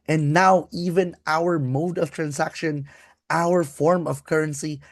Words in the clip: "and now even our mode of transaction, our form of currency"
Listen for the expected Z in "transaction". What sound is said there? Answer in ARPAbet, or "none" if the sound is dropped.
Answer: S